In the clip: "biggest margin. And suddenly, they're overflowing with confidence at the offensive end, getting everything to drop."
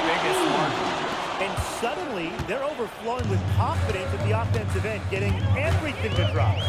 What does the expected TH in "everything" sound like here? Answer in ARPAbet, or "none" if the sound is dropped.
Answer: TH